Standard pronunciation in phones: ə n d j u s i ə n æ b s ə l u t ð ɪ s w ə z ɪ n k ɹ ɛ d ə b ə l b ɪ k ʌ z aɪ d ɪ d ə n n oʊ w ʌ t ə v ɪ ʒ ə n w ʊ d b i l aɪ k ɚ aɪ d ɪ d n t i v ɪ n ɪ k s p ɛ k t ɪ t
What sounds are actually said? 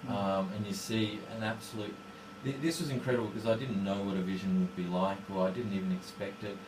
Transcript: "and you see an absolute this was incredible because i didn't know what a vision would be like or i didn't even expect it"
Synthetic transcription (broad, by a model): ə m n j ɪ s i ə n æ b s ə l u t ð ɪ s w ə z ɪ n k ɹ ɛ d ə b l k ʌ z aɪ d ɪ d n n oʊ w ʌ t ə v ɪ ʒ ə n w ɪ d b i l aɪ k ɚ aɪ d ɪ d n t i v ɪ n ɪ k s p ɛ k t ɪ t